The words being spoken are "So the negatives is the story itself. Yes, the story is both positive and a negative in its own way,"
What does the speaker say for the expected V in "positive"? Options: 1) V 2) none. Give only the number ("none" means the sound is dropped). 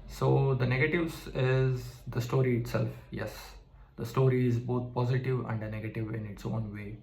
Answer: 1